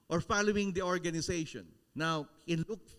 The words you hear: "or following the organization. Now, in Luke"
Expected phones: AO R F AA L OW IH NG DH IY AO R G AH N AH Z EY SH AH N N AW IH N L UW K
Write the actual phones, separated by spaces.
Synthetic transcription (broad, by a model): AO R F AA L OW IH NG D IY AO R G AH N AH S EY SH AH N N AW IH N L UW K